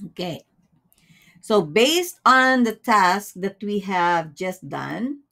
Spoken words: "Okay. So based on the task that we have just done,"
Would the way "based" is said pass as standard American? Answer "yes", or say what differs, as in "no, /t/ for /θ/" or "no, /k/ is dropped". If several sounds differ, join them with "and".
yes